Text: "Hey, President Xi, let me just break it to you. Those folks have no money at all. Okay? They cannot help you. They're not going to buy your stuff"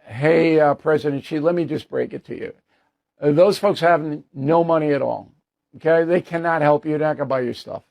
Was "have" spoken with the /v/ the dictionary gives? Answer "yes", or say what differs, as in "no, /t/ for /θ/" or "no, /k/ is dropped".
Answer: yes